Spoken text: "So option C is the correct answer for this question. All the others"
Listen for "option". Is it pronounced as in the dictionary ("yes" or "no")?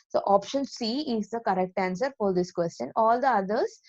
yes